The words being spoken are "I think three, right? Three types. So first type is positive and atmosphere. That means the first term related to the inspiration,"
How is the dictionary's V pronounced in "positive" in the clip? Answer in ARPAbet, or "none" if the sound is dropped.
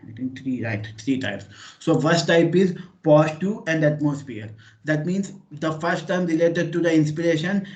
none